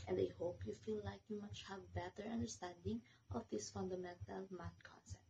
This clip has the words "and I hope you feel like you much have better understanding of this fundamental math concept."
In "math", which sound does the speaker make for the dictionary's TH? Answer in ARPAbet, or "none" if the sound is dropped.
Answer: T